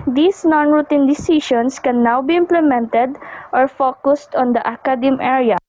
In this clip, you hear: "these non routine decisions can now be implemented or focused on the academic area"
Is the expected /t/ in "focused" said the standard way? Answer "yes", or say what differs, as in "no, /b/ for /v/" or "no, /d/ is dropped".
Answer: yes